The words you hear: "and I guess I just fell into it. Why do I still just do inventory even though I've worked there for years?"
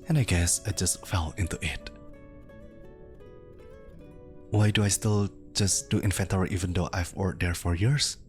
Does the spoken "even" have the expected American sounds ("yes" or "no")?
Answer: yes